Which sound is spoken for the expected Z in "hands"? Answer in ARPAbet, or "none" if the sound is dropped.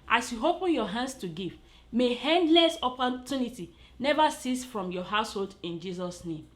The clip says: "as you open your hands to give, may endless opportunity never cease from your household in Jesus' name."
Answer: S